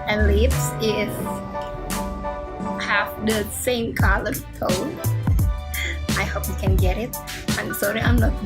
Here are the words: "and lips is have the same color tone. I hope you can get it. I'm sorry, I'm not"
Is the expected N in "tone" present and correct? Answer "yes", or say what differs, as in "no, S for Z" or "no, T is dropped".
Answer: no, N is dropped